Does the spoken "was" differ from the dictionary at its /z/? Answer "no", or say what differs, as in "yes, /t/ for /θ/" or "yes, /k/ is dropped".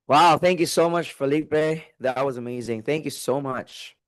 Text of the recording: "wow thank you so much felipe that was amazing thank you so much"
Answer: no